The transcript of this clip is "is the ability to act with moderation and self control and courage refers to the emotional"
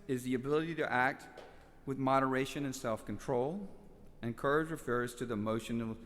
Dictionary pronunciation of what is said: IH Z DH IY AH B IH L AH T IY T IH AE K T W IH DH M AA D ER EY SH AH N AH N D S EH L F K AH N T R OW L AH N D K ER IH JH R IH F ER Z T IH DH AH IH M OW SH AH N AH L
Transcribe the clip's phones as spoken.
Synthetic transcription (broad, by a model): IH Z DH IY AH B IH L AH T IY T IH AE K T W IH DH M AA D ER EY SH AH N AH N S EH L F K N T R OW L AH N K ER IH JH R IH F ER Z T IH DH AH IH M OW SH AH N L